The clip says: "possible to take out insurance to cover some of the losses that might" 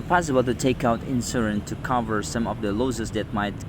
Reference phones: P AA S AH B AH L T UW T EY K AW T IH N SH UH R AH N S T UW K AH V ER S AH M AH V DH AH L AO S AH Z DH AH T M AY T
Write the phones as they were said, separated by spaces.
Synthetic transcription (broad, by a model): P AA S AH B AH L T UW T EY K AW T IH N S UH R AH N T UW K AH V ER S AH M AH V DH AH L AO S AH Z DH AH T M AY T